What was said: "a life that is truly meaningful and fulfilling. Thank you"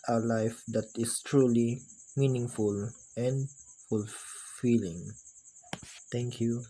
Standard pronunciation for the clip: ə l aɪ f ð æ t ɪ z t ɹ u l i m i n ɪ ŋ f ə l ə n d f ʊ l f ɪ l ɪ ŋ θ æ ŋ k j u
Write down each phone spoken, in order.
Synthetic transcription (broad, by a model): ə l aɪ f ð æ t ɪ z t ɹ u l i m i n ɪ ŋ f ə l ə n d f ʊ l f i l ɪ ŋ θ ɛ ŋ k j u